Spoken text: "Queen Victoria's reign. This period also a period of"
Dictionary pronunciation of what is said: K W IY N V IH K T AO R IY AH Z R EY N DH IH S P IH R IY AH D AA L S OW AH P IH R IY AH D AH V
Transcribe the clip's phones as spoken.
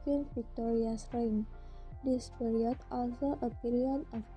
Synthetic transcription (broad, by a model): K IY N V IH K T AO R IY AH S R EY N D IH S P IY R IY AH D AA L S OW AH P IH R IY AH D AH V